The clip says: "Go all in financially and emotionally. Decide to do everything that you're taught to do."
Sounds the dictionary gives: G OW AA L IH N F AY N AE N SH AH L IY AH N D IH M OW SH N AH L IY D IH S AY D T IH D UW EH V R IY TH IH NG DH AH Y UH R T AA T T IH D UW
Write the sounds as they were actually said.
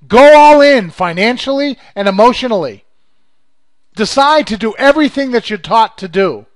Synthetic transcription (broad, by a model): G OW AA L IH N F AY N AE N SH L IY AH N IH M OW SH N L IY D IH S AY D T IH D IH EH V R IY TH IH NG DH AH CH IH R T AA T T IH D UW